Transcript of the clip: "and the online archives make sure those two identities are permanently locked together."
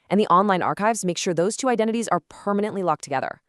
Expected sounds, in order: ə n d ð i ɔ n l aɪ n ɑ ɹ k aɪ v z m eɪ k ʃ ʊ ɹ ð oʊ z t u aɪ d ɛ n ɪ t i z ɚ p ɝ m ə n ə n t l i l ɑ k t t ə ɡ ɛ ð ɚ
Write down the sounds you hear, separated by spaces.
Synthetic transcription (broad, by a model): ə n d ð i ɔ n l aɪ n ɑ ɹ k aɪ v z m eɪ k ʃ ʊ ɹ ð oʊ z t u aɪ d ɛ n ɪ t i z ɚ p ɝ m ə n ə n t l i l ɑ k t t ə ɡ ɛ ð ɚ